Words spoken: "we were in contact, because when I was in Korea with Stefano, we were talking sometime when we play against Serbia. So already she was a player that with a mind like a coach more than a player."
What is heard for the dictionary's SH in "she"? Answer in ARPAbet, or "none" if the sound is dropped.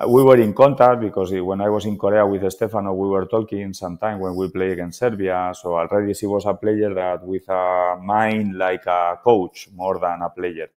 S